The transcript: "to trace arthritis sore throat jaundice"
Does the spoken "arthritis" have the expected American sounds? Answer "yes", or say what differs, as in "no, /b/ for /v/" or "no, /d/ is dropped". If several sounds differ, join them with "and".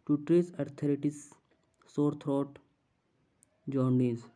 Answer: no, /t/ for /θ/